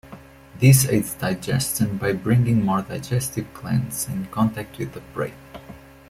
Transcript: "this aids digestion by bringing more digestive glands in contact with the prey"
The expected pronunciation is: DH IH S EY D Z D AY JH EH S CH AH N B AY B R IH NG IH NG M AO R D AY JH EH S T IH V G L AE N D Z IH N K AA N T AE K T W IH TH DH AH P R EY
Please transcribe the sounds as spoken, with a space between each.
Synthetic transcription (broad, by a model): DH IH S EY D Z D AY JH EH S CH AH N B AY B R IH NG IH NG M AO R D AY JH EH S T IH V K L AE N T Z IH N K AA N T AE K T W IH DH AH B R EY